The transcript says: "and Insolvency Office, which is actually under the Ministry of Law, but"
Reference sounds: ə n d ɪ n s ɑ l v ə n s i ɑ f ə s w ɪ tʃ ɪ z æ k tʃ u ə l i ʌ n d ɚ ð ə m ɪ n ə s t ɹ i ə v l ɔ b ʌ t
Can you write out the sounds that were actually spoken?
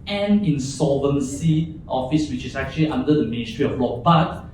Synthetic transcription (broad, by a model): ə n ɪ n s ɑ v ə n s i ɑ f ə s w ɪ tʃ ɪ s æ k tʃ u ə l i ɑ n d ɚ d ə m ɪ n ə s t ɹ i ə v l ɔ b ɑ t